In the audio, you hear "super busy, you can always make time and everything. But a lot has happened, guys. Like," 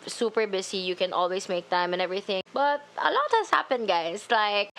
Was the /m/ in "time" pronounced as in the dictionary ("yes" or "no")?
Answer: yes